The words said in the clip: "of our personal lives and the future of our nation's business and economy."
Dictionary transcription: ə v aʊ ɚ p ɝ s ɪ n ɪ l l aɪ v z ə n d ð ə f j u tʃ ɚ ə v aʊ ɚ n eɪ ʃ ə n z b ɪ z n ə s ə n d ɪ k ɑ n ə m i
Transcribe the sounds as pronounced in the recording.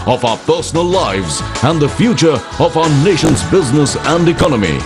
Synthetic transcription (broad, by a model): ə v aʊ ɚ p ɝ s ɪ n ɪ l l aɪ v z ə n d ð ə f j u tʃ ɚ ə v aʊ ɚ n eɪ ʃ ə n z b ɪ z n ə s ə n d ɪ k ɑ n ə m i